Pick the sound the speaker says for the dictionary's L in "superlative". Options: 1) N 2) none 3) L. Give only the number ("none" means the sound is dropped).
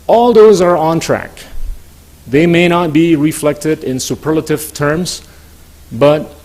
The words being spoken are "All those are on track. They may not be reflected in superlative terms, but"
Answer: 3